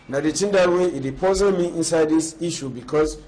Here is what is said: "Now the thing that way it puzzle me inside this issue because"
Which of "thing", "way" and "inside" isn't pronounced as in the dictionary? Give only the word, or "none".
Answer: thing